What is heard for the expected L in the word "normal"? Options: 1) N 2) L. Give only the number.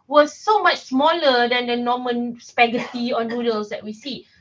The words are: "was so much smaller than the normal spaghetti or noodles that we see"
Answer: 1